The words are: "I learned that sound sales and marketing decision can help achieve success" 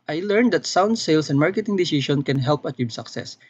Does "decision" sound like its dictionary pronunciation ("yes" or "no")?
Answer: no